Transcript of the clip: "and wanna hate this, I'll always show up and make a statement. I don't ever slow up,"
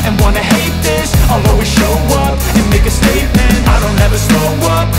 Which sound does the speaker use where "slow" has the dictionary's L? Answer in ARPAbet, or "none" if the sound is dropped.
none